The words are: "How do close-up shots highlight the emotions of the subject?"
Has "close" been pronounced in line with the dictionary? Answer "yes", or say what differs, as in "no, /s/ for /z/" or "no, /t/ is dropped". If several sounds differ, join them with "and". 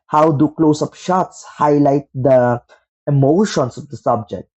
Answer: yes